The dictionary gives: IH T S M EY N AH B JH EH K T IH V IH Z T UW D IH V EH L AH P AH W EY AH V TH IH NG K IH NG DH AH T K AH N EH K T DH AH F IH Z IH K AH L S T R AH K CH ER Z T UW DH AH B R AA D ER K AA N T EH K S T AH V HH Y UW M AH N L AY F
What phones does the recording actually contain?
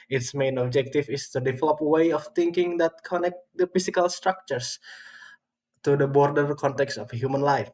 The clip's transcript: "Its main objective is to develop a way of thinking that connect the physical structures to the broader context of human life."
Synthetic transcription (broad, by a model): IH T S M EY N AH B JH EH K T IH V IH S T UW D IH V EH L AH P W EY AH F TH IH NG K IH NG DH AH T K AH N EH K T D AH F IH S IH K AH L S T R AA K CH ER S T UW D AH B R D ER K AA N T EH K S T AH F HH Y UW M AH N L AY F